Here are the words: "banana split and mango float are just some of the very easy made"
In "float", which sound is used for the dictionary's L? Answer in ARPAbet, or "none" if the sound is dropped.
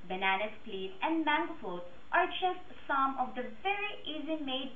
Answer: none